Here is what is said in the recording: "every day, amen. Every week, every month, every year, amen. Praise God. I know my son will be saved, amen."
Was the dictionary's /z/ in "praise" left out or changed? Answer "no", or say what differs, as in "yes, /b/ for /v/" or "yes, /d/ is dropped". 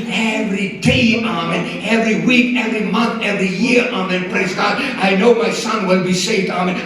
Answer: no